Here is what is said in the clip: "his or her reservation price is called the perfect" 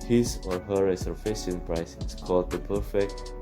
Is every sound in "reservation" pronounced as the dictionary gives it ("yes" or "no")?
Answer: no